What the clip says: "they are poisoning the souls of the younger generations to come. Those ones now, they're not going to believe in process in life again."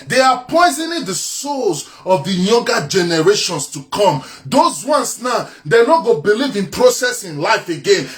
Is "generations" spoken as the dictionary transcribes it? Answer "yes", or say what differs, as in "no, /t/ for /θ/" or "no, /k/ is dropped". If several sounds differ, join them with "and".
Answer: no, /s/ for /z/